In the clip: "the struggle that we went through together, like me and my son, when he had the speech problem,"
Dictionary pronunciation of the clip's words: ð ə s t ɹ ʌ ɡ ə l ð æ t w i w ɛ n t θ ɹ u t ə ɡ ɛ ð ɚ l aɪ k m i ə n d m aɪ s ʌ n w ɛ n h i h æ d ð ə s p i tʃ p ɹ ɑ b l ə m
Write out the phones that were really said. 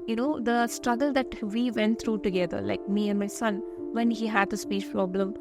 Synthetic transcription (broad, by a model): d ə s t ɹ ʌ ɡ ə l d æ t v i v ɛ n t t ɹ u t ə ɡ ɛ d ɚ l aɪ k m i ə n d m aɪ s ʌ n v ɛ n h i h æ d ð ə s p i ʃ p ɹ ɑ b l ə m